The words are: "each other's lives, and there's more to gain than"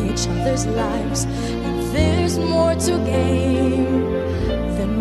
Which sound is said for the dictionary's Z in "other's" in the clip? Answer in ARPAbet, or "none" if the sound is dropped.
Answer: Z